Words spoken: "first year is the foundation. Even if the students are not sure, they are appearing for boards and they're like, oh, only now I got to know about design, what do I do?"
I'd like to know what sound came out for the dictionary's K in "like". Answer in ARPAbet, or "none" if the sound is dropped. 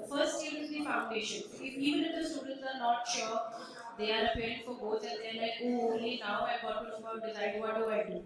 none